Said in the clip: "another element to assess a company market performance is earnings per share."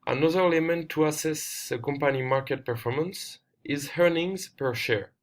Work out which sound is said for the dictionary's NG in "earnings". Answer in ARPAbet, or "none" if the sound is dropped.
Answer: NG